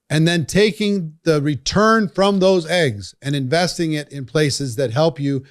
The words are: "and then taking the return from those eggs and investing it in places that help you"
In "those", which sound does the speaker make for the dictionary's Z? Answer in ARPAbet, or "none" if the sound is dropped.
Z